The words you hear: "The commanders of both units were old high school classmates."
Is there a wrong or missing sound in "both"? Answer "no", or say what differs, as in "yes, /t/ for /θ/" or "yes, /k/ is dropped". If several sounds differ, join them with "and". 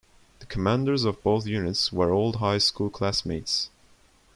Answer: no